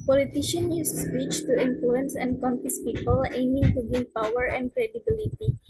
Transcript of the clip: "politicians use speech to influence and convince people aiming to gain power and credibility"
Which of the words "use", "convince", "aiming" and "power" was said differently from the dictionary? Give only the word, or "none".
convince